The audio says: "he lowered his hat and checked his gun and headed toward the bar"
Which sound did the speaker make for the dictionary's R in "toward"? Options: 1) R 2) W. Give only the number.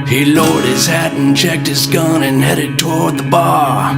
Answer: 1